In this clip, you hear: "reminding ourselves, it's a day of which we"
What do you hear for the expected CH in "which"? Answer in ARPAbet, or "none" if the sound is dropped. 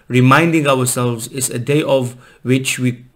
CH